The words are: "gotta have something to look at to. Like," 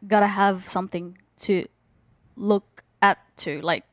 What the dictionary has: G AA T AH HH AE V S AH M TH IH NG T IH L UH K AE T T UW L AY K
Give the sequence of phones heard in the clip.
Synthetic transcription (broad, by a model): G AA T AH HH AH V S AH M TH IH NG T IH L UH K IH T T UW L AY K